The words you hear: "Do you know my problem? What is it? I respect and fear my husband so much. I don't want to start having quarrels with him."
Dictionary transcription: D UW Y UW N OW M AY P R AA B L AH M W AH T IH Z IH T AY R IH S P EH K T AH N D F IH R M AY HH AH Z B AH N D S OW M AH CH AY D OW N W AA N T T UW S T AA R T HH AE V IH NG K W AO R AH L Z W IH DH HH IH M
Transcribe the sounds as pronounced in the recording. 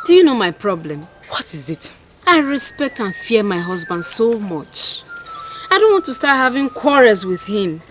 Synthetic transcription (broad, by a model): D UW Y UW N OW M AY P R AA B L AH M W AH T IH Z IH T AY R IH S P EH K T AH N F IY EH M AY HH AH Z B AH N D S OW M AH CH AY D OW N W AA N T T UW S T AA T HH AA V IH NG K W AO R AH Z W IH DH HH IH M